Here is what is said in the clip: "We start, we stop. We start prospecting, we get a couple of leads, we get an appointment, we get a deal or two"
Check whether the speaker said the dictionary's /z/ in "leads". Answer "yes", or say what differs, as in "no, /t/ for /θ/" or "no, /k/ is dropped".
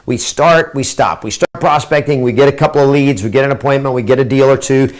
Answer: yes